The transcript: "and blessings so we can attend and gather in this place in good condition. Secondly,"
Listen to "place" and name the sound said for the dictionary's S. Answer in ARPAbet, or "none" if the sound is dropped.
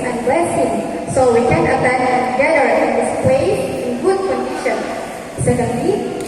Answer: none